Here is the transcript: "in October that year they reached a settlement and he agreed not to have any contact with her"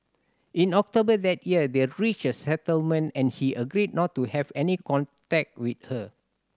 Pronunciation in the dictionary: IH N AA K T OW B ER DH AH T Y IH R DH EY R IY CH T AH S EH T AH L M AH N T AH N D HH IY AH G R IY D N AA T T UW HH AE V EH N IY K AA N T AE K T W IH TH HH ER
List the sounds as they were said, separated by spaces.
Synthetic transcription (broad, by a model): IH N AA K T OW B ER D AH T Y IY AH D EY R IY CH AH S EH T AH L M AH N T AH N HH IY AH G R IY D N AA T T UW HH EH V EH N IY K AA N T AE K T W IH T HH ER